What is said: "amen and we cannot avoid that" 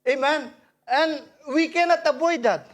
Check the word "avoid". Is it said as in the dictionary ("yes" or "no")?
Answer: no